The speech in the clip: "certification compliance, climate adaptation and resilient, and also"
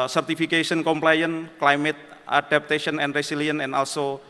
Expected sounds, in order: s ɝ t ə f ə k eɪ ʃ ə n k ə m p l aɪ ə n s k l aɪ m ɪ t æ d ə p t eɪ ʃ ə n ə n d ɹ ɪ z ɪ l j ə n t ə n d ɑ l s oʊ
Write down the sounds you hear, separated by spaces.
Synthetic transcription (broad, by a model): s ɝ t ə f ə k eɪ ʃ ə n k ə m p l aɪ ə n k l aɪ m ɪ t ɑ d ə p t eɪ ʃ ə n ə n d ɹ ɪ s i l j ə n ə n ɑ l s oʊ